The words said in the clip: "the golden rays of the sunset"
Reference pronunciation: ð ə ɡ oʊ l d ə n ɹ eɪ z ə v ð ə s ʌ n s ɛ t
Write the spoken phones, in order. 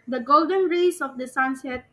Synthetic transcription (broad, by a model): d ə ɡ oʊ l d ə n ɹ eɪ s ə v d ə s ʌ n s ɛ t